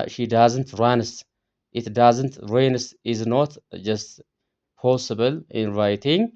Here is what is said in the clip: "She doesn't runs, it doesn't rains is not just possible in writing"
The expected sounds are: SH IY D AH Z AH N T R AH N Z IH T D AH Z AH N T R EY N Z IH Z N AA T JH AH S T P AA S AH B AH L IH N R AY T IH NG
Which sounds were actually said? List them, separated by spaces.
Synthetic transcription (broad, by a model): SH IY D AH Z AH N T R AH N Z IH T D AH Z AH N T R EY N S IH Z N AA T JH AH S T P AA S AH B AH L IH N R AY T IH NG